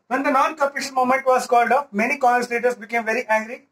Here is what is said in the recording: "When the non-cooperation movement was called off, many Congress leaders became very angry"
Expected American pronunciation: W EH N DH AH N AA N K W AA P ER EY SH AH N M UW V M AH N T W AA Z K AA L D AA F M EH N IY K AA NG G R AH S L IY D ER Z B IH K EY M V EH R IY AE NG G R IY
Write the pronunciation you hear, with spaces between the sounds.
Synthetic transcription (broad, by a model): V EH N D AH N AA N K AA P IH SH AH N M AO M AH N T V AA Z K AA L D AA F M EH N IY K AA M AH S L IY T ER S B IH K EY M V EH R IY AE NG G R IY